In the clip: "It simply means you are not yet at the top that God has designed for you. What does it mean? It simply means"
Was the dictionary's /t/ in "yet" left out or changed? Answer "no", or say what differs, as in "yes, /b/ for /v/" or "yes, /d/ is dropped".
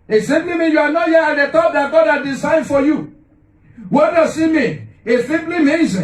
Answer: yes, /t/ is dropped